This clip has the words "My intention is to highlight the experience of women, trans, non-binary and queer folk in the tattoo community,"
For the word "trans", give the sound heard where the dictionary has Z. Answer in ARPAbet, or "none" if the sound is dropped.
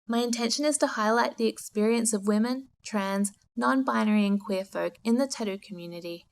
Z